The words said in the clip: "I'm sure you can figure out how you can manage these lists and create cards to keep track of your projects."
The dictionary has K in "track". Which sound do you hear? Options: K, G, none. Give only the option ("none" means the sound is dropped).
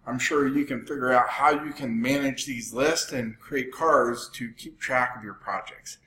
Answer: K